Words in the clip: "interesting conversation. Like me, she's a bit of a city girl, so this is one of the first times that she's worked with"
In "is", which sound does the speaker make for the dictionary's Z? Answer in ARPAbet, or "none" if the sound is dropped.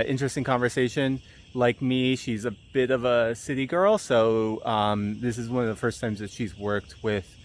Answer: Z